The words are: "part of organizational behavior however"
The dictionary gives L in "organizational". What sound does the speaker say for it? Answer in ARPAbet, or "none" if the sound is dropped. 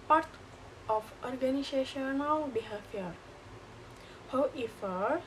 W